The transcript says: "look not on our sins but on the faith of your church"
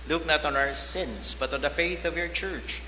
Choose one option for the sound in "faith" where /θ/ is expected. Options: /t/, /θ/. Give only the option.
/θ/